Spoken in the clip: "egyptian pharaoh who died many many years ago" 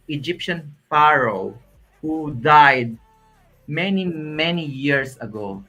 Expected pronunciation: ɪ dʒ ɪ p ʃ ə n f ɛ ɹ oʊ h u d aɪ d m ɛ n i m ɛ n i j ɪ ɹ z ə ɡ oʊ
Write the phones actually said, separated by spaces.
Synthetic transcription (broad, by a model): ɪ dʒ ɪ p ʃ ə n f ɛ ɹ oʊ h u d aɪ d m ɛ n i m ɛ n i j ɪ ɹ s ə ɡ oʊ